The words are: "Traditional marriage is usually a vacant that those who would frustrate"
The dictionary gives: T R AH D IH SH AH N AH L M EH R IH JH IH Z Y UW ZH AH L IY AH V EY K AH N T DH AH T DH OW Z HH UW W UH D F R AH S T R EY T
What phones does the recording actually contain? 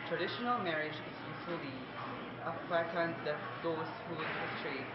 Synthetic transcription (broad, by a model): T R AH D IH SH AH N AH L M EH R IH JH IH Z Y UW S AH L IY AH F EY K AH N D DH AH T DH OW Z HH UW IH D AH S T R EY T